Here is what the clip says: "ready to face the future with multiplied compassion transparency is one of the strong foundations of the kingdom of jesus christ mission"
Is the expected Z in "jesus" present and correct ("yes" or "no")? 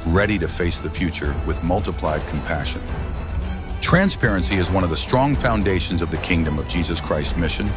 yes